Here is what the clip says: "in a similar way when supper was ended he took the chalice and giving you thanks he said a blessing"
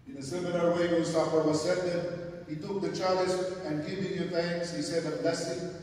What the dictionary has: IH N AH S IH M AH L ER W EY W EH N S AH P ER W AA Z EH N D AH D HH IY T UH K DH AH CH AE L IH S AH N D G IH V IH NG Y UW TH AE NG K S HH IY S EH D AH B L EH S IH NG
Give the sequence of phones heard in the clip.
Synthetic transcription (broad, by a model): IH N AH S IH M AH L ER W EY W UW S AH F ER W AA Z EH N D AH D HH IY T UH K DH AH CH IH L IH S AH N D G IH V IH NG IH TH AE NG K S HH IY S EH D AH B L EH S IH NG